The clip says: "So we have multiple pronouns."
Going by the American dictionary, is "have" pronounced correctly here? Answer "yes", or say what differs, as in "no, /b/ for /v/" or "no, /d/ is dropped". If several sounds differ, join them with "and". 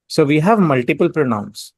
yes